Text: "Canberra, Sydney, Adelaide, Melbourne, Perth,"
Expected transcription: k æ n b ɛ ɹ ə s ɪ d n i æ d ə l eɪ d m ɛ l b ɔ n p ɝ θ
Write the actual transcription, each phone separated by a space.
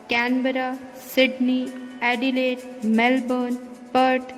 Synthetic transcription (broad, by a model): k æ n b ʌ ɹ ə s ɪ d n i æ d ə l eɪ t m ɛ l b ɔ n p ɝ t